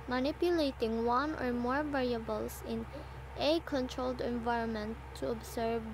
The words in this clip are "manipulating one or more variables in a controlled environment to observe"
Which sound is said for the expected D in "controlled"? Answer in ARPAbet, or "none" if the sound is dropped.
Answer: D